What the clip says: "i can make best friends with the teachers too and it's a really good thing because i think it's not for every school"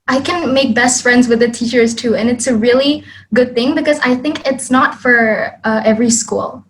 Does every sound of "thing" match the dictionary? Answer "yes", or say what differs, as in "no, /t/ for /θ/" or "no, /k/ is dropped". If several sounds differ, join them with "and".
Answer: yes